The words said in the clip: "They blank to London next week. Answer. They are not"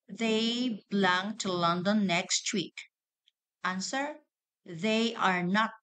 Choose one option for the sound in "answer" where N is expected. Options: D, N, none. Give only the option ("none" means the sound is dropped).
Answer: N